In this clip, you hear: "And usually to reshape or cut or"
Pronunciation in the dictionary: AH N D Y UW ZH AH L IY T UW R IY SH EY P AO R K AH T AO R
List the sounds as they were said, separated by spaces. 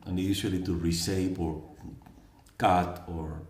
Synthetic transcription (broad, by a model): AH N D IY SH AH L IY T UW R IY S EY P AO R K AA T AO R